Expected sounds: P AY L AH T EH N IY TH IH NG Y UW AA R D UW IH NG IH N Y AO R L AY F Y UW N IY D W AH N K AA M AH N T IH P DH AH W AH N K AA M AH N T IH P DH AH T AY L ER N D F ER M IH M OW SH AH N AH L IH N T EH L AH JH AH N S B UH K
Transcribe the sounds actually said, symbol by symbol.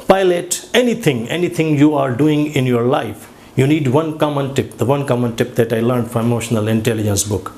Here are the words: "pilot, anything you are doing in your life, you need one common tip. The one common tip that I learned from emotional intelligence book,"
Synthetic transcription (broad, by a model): P AY L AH T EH N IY T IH NG Y UW AA R D UW IH NG IH N Y AO R L AY F Y UW N IY D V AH N K AA M AH N T IH P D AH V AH N K AA M AH N T IH P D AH T AY L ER N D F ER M IH M OW SH AH N AH L IH N T EH L AH JH AH N S B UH K